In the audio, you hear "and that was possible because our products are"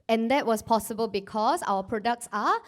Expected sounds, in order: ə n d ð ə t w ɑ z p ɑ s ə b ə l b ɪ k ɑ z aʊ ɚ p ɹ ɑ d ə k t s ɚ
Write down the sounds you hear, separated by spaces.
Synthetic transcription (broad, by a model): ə n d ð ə t w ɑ s p ɑ s ə b ə l b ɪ k ɑ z aʊ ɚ p ɹ ɑ d ə k t s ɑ